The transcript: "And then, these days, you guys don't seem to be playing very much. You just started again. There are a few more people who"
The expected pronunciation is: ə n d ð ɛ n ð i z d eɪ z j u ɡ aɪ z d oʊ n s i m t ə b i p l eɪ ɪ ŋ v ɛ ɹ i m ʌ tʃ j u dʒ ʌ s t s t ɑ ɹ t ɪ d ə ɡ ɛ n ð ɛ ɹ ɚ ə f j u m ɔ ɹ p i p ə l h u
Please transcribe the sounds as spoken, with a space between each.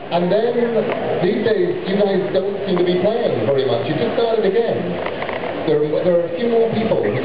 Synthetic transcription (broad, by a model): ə n ð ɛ n ð i z d eɪ z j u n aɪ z d oʊ n s i m t ə b i p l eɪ ɪ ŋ v ɛ ɹ i m ʌ tʃ j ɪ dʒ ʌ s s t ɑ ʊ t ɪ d ə ɡ ɛ n ð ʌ ɹ ɚ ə f j u m ɔ ɹ p i p ə l